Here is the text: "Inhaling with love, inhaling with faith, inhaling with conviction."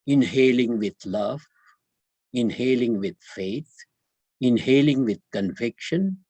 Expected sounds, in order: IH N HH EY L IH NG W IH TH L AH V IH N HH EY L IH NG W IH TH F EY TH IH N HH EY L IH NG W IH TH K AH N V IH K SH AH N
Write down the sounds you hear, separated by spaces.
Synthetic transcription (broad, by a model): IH N HH EY L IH NG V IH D L AH V IH N HH EY L IH NG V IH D F EY T IH N HH EY L IH NG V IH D K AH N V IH K SH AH N